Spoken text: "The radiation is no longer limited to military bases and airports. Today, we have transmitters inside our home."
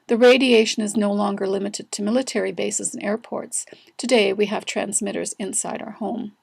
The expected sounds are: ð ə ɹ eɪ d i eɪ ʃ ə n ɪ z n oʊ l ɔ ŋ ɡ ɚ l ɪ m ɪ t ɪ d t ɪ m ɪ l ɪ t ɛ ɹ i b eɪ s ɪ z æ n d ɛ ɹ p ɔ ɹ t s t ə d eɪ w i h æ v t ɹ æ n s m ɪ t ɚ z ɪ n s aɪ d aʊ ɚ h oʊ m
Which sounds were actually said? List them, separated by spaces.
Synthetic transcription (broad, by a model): ð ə ɹ eɪ d i eɪ ʃ ə n ɪ z n oʊ l ɔ ŋ ɡ ɚ l ɪ m ɪ t ɪ d t ɪ m ɪ l ɪ t ɛ ɹ i b eɪ s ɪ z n ɛ ɹ p ɔ ɹ t s t ə d eɪ w i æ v t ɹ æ n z m ɪ t ɚ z ɪ n s aɪ d aʊ ɚ h oʊ m